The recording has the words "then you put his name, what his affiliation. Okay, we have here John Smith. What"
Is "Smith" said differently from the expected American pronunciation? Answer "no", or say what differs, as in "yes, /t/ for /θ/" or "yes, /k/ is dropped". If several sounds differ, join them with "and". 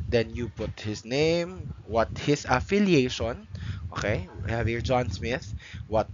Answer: no